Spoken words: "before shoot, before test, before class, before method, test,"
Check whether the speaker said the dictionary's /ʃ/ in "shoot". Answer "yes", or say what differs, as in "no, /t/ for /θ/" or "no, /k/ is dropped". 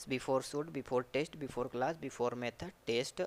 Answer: no, /s/ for /ʃ/